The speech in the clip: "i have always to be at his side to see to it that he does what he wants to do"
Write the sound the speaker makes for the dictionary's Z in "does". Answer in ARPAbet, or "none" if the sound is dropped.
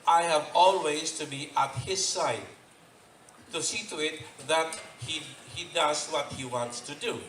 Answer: Z